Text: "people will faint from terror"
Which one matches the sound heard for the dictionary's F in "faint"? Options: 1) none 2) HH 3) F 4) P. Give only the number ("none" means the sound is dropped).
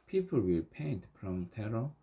4